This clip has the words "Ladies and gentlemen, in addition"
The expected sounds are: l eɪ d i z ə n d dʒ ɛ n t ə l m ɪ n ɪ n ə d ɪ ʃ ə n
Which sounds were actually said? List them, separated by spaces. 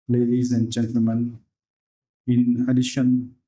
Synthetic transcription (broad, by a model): l eɪ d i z ə n d dʒ ɛ n t ə l m ɪ n ɪ n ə d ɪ ʃ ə n